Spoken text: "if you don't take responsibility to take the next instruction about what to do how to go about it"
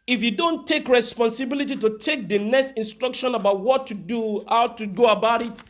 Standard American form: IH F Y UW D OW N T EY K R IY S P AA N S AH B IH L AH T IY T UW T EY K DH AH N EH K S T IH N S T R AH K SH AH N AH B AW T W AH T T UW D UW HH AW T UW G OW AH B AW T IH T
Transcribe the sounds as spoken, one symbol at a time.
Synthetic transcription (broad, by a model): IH F Y UW D OW N T EY K R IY S P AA N S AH B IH L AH T IY T UW T EY K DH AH N EH K S T IH N S T R AH K SH AH N AH B AW T W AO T T UW D UW HH AW T UW G OW AH B AW T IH T